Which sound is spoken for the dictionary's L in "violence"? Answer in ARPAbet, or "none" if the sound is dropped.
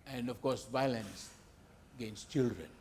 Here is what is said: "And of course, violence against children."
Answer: L